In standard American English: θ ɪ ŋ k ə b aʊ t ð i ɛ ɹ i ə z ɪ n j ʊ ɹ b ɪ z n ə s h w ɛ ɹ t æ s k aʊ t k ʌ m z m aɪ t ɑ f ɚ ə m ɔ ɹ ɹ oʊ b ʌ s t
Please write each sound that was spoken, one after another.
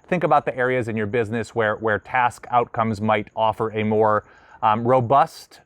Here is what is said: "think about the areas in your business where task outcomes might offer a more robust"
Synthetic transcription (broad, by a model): θ ɪ ŋ k ə b aʊ t ð i ɛ ɹ i ə z ɪ n j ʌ ɹ b ɪ z n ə s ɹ w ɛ ɹ t æ s k aʊ t k ʌ m z m aɪ t ɑ f ɚ ə m ɔ ɹ ɹ oʊ b ʌ s t